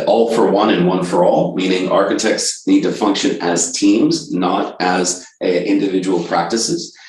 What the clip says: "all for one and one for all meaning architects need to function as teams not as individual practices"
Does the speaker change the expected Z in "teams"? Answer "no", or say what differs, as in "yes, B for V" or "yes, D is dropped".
no